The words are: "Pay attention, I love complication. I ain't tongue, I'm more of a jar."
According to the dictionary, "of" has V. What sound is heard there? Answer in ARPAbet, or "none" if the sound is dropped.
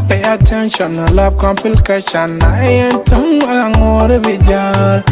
B